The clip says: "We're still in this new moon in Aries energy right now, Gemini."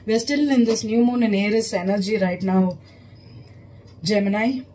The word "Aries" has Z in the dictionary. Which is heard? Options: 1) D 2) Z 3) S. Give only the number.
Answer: 3